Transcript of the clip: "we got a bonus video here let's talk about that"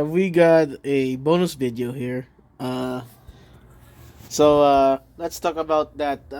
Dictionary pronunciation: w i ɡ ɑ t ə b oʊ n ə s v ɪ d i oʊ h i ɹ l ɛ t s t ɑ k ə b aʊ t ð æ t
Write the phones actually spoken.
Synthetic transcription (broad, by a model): w i ɡ ɑ t ə b oʊ n ə s v ɪ d i oʊ h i ɹ l ɛ t s t ɑ k ə b aʊ t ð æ t